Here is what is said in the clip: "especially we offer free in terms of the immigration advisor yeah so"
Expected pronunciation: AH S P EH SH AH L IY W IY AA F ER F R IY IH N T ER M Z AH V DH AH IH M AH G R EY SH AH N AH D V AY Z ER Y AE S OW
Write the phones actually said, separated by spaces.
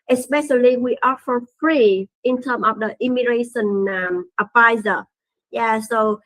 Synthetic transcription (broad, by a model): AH S P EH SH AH L IY W IY AA F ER F R IY IH N T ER M AH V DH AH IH M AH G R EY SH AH N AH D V AY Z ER Y AE S OW